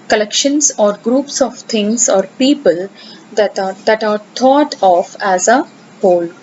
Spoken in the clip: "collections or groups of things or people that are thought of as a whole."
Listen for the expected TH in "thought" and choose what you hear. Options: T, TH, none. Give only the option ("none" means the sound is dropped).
T